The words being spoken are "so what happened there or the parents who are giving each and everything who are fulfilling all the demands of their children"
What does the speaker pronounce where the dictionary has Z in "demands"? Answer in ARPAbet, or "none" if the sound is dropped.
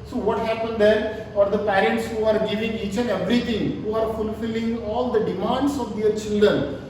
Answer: S